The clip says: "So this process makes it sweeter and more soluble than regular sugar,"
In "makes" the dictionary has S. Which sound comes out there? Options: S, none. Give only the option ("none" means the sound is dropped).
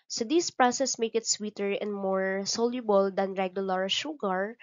none